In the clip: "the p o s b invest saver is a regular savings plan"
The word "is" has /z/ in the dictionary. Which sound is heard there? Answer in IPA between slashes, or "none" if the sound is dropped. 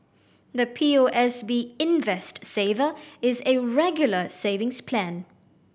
/z/